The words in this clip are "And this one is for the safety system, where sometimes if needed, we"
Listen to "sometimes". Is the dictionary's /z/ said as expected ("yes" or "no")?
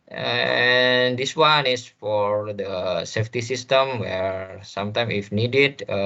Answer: no